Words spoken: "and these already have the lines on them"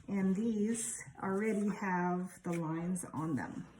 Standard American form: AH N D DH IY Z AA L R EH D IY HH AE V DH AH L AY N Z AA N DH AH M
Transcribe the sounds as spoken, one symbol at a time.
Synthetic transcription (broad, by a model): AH N DH IY Z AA L R EH D IY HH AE V DH AH L AY N Z N DH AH M